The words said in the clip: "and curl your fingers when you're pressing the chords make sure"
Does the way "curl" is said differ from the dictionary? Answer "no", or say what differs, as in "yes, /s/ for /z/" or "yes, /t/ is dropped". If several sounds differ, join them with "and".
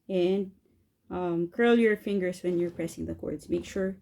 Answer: no